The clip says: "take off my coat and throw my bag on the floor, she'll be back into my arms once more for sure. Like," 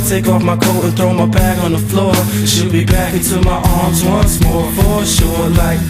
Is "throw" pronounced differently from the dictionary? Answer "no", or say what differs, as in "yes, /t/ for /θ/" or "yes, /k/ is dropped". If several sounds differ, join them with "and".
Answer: no